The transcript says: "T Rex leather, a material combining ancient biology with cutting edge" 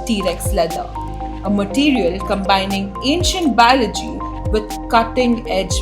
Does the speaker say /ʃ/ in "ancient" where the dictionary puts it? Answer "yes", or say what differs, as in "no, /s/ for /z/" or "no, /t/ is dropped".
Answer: yes